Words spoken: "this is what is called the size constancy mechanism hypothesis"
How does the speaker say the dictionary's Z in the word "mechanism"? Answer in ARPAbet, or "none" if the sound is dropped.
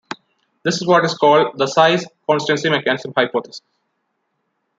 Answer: S